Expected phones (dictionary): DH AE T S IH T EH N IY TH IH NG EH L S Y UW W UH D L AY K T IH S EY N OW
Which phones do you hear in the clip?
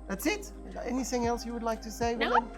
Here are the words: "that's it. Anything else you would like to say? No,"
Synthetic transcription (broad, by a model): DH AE T S IH T EH N IY TH IH NG EH L S Y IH W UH D L AY K T IH S EY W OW